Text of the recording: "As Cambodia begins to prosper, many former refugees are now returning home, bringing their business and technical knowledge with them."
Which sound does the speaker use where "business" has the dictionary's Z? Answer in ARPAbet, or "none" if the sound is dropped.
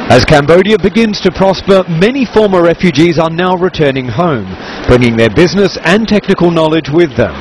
Z